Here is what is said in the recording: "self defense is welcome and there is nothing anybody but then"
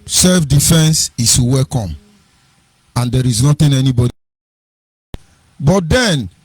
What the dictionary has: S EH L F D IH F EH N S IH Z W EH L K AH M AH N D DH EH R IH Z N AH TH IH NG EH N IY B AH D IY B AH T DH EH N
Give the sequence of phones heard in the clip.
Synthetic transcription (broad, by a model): S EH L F D IH F EH N S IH S W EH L K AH M AH N D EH R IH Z N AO T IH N EH N IY B AH D IY B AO T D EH N